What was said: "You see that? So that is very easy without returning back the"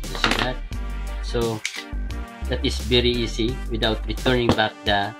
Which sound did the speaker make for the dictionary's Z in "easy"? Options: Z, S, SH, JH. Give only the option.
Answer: S